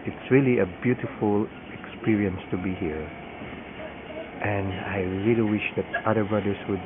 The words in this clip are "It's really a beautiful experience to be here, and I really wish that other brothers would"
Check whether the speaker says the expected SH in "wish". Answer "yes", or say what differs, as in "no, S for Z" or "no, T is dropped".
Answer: yes